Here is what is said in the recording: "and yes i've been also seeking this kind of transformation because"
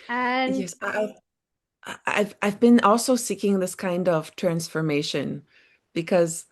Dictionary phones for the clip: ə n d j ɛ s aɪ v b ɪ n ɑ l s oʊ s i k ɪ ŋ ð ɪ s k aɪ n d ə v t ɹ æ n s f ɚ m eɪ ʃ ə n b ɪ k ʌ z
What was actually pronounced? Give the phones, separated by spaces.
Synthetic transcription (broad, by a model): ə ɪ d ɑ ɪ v aɪ v b ɪ n ɑ l s oʊ s i k ɪ ŋ ð ɪ s k aɪ n d ə v t ɹ æ n s f ɚ m eɪ ʃ ə n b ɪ k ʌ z